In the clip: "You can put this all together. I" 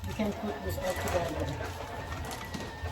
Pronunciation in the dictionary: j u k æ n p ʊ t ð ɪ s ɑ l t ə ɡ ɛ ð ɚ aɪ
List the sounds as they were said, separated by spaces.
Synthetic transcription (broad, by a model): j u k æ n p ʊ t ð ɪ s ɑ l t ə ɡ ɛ ɚ